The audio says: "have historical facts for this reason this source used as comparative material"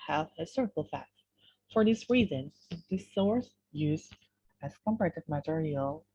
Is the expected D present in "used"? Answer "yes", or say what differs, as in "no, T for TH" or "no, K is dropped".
no, D is dropped